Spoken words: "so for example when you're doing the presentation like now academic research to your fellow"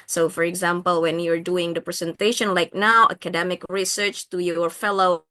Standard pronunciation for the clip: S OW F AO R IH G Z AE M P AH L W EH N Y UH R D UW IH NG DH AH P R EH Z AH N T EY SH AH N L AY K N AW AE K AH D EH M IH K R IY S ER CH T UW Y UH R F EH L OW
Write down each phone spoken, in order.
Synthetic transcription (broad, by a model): S OW F AO R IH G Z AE M P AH L W EH N Y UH R D UW IH NG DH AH P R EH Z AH N T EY SH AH N L AY K N AW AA K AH D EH M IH K R IY S ER CH T UW Y R F EH L OW